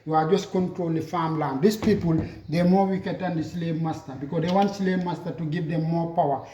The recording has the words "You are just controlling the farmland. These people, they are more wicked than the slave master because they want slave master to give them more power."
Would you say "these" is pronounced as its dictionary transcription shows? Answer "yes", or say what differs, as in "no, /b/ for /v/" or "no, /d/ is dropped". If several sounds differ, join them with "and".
no, /s/ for /z/